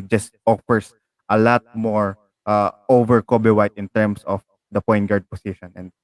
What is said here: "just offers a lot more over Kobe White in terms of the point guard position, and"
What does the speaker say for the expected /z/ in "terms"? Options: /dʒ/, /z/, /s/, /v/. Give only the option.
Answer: /s/